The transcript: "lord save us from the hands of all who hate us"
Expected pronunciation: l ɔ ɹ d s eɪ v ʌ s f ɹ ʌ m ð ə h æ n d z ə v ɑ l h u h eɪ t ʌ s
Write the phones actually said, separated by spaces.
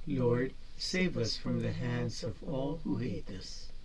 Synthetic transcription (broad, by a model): l ɔ ɹ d s eɪ v ʌ s f ɹ ʌ m ð ə h æ n d z ə v ɑ l h u h eɪ t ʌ s